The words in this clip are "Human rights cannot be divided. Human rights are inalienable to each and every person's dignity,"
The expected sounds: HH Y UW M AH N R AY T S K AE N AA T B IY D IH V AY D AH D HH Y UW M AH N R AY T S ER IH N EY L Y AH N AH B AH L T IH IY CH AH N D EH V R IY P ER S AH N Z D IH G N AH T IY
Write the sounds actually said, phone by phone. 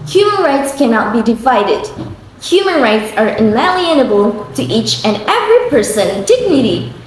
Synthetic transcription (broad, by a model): HH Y UW M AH N R AY T S K AE N AA T B IY D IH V AY D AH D HH Y UW M AH N R AY T S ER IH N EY L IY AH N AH B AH L T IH IY CH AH N EH V R IY P ER S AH N D IH G N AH T IY